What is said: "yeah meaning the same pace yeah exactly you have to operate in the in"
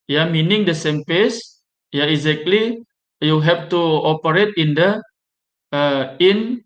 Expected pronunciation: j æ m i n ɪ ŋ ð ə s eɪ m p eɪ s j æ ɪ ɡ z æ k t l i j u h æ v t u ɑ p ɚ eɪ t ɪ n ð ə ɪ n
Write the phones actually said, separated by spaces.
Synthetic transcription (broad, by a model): j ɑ m i n ɪ ŋ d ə s eɪ m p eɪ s j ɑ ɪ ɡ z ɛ k t l i j u h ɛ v t u ɑ p ɚ eɪ t ɪ n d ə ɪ n